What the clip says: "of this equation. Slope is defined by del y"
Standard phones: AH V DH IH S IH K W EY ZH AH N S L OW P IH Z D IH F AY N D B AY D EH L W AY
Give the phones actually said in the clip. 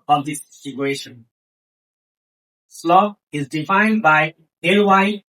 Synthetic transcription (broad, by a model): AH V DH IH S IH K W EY SH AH N S L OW IH Z D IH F AY N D B AY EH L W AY